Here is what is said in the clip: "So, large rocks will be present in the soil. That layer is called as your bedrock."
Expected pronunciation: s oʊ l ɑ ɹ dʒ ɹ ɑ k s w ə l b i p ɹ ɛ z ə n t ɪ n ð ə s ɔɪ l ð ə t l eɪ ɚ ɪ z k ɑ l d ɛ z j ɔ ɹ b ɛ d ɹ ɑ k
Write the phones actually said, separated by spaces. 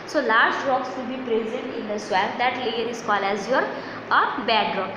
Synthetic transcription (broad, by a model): s oʊ l ɑ ɹ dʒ ɹ ɑ k s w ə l b i p ɹ ɛ z ə n t ɪ n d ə s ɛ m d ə t l eɪ ɚ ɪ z k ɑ l ɛ z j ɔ ɹ b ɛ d ɹ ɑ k